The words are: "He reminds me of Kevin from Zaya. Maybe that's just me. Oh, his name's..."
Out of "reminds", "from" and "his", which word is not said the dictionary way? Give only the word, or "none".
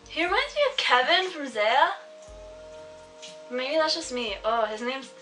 reminds